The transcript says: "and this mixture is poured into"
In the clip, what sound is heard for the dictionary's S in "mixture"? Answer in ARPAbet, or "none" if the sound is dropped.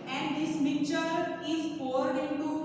none